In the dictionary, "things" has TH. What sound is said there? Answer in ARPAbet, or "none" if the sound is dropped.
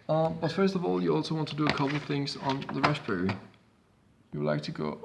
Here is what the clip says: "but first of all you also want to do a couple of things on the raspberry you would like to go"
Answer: TH